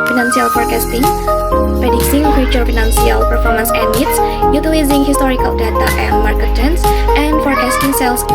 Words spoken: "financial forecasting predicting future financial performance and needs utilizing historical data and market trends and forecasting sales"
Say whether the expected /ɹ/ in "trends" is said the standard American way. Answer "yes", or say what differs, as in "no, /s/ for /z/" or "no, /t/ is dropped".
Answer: no, /ɹ/ is dropped